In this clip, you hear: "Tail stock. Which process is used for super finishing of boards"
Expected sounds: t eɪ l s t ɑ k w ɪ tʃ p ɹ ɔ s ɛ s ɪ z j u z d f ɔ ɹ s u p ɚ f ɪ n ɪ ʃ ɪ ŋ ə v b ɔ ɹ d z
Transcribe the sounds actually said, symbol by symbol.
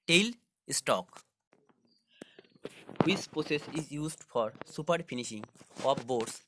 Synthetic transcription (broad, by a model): t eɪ l s t ɑ k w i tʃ p ɹ ɔ s ɛ s ɪ z j u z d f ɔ ɹ s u p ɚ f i n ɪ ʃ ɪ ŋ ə p b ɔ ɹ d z